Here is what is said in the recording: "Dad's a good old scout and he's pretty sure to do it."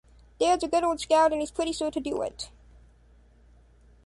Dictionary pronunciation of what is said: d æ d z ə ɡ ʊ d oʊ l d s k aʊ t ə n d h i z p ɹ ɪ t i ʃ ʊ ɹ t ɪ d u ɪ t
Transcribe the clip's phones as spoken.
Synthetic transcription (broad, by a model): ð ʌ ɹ z ə ɡ ʊ d oʊ l d s k aʊ t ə n h i z p ɹ ɪ t i s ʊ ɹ t ɪ d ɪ ɪ t